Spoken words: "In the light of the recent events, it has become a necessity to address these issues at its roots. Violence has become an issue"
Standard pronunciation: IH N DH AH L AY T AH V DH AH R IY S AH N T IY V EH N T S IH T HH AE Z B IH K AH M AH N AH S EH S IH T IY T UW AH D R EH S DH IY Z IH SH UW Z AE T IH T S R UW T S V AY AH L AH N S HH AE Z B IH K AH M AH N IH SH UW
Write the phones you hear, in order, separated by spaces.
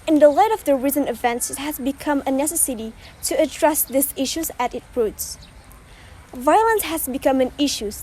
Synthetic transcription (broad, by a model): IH N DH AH L AY T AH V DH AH R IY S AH N IY V EH N T S IH T HH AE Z B IH K AH M AH N AH S EH S IH T IY T UW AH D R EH S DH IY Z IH SH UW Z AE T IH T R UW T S V AY AH L AH N S HH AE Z B IH K AH M AH N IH SH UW